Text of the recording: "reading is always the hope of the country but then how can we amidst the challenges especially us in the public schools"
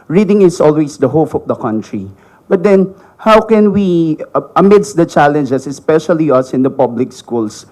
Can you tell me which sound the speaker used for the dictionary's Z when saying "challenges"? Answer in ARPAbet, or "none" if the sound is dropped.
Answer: S